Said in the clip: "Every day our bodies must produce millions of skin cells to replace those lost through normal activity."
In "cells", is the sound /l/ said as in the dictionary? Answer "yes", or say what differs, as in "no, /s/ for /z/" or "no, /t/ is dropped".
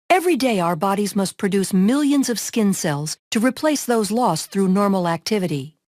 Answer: yes